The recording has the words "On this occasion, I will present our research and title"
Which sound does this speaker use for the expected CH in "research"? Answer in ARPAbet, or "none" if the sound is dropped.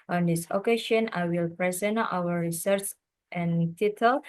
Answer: S